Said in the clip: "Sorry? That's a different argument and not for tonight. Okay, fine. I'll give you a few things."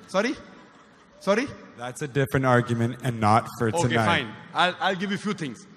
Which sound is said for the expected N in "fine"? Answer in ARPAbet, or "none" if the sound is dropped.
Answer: L